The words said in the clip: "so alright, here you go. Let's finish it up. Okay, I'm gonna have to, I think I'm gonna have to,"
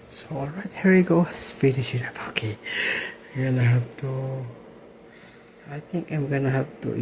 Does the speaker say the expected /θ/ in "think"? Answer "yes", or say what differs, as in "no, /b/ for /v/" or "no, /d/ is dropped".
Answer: no, /t/ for /θ/